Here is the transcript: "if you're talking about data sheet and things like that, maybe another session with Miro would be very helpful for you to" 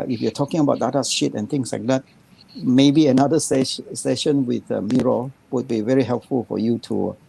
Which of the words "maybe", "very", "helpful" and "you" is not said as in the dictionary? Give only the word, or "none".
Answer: none